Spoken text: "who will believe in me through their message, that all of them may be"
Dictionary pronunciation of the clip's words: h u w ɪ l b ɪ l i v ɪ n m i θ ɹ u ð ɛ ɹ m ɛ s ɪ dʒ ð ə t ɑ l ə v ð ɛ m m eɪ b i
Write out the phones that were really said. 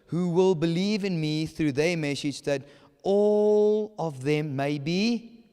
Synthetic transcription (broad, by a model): h u w ɪ l b ɪ l i v ɪ n m i θ ɹ u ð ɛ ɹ m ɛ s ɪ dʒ ð ə t ɑ l ə v ð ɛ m m eɪ b i